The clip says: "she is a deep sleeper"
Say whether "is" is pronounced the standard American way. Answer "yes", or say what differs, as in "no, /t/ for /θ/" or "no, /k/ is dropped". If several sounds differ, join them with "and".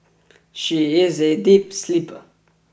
yes